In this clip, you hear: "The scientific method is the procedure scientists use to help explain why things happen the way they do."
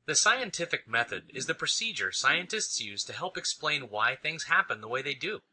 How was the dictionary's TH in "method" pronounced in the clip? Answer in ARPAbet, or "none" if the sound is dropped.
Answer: TH